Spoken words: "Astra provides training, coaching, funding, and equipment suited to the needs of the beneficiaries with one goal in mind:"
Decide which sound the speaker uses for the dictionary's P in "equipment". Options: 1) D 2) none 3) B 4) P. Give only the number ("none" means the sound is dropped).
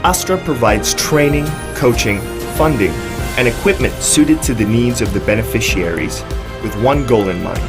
4